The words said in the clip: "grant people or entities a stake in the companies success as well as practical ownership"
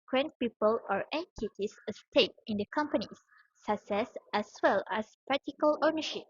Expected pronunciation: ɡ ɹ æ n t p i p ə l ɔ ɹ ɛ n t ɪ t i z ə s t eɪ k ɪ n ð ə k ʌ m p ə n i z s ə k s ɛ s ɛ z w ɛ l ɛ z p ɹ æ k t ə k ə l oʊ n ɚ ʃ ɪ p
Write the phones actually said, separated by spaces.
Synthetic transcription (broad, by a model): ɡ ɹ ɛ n p i p ə l ɔ ɹ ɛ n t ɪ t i s ə s t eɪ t ɪ n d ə k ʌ m p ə n i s s ə k s ɛ s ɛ s w ɛ l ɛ s p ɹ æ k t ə k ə l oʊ n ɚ ʃ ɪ p